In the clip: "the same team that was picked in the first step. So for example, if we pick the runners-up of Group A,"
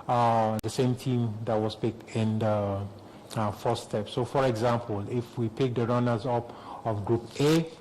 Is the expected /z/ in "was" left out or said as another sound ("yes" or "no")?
yes